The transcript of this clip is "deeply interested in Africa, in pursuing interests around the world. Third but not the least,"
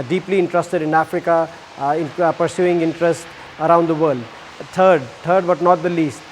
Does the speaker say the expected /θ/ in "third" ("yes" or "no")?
no